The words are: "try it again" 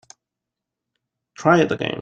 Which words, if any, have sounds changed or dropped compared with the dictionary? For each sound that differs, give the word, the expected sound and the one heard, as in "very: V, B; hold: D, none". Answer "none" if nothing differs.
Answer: again: N, none